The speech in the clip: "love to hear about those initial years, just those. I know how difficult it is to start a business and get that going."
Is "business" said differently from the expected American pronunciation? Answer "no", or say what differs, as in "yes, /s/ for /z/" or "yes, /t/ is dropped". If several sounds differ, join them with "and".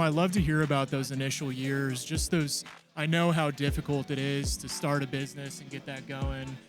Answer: no